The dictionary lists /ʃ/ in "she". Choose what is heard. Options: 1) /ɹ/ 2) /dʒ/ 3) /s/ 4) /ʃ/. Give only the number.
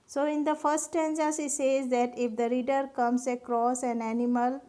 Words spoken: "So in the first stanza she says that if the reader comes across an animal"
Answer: 3